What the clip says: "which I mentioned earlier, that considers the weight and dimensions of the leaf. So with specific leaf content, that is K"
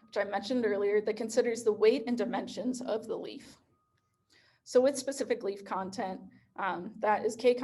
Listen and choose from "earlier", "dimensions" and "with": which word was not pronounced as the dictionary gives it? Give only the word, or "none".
none